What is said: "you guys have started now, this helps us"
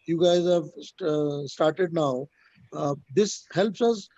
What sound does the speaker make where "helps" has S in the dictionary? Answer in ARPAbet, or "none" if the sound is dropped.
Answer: S